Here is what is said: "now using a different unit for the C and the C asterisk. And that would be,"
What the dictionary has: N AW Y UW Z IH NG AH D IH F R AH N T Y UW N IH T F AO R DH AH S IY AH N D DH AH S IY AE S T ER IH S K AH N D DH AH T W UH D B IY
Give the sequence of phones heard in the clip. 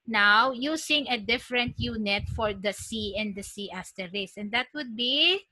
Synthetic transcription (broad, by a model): N AW Y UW S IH NG AH D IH F R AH N T Y UW N IH T F AO R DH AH S IY AH N D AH S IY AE S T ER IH S AH N D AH T W UH D B IY